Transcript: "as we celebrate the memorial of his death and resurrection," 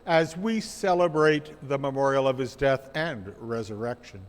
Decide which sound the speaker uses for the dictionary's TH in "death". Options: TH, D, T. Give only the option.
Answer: TH